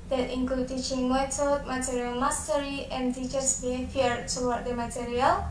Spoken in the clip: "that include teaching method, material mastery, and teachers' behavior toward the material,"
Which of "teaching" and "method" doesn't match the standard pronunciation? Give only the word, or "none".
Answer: method